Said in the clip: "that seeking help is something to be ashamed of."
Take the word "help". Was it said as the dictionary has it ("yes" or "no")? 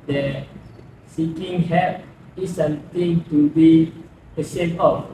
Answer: no